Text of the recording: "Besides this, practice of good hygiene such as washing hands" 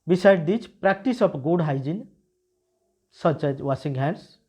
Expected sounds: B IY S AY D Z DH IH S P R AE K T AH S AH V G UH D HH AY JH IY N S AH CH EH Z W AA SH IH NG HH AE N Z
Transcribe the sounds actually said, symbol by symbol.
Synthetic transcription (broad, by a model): B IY S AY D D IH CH P R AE K T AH S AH P G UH D HH AY JH IY N S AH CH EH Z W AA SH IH NG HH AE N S